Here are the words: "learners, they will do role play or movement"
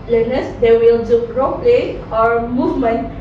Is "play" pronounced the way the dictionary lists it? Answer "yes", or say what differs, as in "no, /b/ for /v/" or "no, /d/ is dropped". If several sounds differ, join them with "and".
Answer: yes